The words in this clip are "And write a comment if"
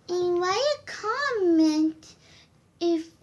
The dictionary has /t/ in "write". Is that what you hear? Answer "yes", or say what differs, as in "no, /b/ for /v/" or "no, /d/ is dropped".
no, /t/ is dropped